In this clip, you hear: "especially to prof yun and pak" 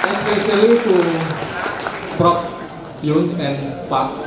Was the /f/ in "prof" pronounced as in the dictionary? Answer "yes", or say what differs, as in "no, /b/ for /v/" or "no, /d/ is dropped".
no, /p/ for /f/